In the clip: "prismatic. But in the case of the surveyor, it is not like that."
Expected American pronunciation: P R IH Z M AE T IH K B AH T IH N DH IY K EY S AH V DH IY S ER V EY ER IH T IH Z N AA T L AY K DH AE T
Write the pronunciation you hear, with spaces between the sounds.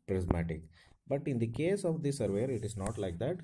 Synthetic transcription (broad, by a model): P R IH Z M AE T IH K B AH T IH N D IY K EY S AH V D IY S ER V EY ER IH T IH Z N AA T L AY K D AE T